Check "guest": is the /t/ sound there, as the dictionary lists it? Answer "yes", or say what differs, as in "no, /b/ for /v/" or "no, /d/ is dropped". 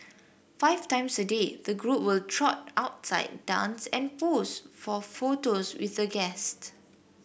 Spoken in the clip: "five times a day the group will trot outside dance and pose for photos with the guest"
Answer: yes